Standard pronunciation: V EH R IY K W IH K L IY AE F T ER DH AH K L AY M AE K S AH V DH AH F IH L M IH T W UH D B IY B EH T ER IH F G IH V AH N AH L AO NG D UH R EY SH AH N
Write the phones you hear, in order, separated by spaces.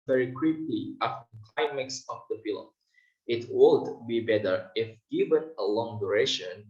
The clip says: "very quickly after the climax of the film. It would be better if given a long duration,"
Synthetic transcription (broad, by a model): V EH R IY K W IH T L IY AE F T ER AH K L AY M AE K S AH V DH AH P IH L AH IH T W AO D B IY B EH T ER IH F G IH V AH N AH L AO NG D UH R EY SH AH N